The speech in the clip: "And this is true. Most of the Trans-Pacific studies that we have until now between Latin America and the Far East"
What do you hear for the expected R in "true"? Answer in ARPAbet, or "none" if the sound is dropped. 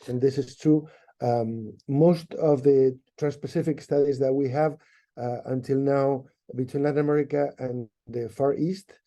none